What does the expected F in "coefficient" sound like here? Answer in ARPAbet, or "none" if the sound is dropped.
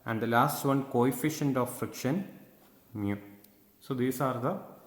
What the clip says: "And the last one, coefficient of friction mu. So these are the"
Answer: F